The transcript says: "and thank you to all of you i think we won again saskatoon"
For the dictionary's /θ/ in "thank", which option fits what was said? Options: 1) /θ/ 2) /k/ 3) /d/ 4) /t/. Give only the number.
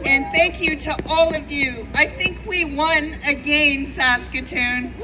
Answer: 1